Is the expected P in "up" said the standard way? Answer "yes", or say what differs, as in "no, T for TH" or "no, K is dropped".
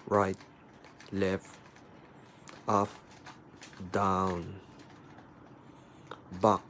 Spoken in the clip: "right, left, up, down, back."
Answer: no, F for P